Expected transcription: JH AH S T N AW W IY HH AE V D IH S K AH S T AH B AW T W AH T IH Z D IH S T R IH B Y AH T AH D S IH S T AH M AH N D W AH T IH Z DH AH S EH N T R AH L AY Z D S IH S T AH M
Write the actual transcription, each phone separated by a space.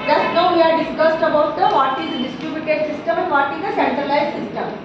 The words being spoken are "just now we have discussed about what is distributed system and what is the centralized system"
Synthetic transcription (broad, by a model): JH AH S T N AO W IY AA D D IH S K AH S T AH B AW T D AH T IH Z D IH S T R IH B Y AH T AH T S IH S T AH M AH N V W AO T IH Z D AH S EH N T R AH L AY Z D S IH S T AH M